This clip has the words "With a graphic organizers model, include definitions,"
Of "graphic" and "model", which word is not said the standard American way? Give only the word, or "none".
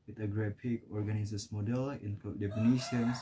graphic